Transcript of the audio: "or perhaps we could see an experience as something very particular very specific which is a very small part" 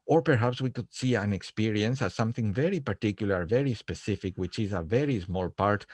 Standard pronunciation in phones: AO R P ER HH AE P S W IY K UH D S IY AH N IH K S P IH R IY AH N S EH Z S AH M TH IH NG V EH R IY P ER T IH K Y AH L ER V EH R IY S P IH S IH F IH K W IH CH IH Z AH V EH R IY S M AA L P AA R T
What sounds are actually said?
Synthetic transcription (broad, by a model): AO R P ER HH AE P S W IY K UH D S IY AH N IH K S P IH R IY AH N S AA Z S AH M TH IH NG V EH R IY P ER T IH K Y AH L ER V EH R IY S P IH S IH F IH K W IH CH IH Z AH V EH R IY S M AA L P AA R T